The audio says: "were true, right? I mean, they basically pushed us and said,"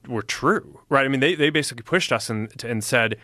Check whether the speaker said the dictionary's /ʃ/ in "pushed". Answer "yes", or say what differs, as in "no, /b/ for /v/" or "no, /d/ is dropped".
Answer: yes